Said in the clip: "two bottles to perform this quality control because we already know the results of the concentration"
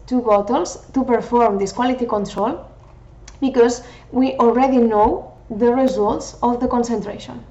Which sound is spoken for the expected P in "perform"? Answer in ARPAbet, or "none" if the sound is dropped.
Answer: P